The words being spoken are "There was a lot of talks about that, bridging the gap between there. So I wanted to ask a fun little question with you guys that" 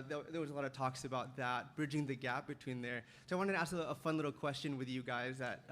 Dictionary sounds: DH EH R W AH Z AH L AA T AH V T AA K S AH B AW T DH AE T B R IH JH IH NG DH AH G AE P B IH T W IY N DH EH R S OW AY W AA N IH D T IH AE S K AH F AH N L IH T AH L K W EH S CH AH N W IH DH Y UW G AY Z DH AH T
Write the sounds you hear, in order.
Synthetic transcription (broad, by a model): DH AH R W AH Z AH L AA T AH V T AA K S AH B AW T DH AE T B R IH JH IH NG DH AH G AE P B IH T W IY N DH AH R S OW AY W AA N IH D T IH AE S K AH F AH N L IH T L K W EH S CH AH N W IH DH Y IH G AY Z DH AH T